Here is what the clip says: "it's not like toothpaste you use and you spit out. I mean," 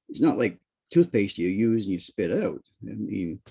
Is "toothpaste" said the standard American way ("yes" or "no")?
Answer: yes